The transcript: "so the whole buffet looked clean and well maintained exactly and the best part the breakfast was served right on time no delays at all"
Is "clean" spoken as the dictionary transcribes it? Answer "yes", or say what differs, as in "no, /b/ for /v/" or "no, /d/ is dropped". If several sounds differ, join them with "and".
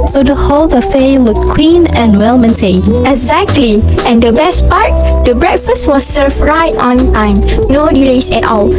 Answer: no, /w/ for /l/